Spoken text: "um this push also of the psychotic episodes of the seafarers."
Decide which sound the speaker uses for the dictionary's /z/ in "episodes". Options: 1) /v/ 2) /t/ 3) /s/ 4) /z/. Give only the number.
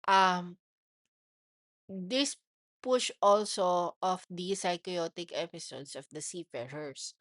3